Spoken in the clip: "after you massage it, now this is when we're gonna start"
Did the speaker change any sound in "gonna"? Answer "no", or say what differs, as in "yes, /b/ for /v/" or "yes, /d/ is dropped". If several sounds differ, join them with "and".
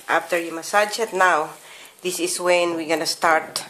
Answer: no